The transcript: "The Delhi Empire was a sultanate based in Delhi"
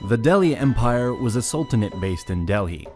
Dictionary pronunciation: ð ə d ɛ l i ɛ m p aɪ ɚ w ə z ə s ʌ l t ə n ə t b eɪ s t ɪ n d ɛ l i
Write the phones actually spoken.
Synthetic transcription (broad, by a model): ð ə d ɛ l i ɛ m p aɪ ɚ w ə z ə s ʌ l t ə n ə t b eɪ s t ɪ n d ɛ l i